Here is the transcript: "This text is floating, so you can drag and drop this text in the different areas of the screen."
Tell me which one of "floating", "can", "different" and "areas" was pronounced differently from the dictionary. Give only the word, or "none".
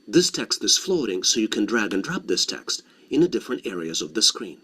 none